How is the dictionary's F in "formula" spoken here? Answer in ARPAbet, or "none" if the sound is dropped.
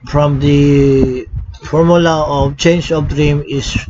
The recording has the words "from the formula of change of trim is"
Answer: F